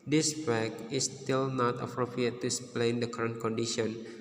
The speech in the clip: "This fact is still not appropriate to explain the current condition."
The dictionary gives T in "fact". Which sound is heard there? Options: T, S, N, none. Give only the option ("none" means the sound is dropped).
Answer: none